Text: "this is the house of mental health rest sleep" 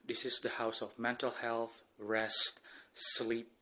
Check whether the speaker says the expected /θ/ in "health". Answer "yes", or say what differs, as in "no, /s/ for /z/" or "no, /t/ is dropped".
yes